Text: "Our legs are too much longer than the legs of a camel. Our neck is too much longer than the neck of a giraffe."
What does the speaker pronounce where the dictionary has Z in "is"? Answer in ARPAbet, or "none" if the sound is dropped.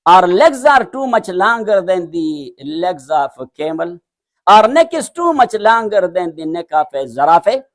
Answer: S